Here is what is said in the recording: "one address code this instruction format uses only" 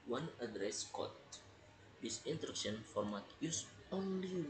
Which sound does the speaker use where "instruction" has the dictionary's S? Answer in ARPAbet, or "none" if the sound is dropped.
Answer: none